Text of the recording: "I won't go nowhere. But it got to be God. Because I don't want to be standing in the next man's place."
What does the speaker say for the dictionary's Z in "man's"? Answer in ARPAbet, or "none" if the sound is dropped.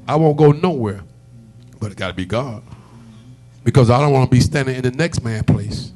none